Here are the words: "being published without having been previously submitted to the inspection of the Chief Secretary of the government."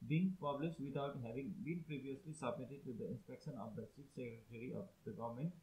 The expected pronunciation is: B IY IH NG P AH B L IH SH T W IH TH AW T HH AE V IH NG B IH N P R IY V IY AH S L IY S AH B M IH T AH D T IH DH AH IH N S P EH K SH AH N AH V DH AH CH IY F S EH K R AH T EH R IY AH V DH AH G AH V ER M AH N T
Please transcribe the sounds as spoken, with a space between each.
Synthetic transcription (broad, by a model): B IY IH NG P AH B L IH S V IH T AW T HH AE V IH NG B IH N P R IY V IY AH S L IY S AH B M IH T AH D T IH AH IH N S P EH K SH AH N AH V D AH S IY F S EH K R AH T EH R IY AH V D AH G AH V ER M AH N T